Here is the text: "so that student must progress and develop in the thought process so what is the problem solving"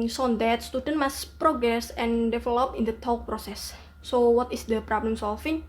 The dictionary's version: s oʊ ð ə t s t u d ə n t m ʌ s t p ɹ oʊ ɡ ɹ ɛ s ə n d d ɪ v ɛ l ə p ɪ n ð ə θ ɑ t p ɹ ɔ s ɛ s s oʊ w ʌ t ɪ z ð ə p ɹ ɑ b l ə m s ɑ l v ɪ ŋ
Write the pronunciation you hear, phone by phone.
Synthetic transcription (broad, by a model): s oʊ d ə t s t u d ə n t m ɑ s p ɹ oʊ ɡ ɹ ɛ s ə n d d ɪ f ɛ l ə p ɪ n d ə t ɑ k p ɹ ɔ s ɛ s s oʊ w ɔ t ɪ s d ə p ɹ ɑ b l ə m s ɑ l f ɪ ŋ